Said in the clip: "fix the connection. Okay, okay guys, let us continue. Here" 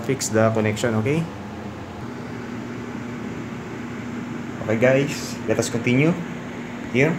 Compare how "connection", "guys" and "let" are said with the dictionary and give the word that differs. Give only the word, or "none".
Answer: guys